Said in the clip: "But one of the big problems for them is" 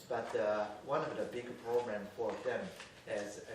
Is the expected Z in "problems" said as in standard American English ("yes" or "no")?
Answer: no